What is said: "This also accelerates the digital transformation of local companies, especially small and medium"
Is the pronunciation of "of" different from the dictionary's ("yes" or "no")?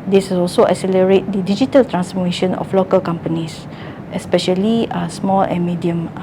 yes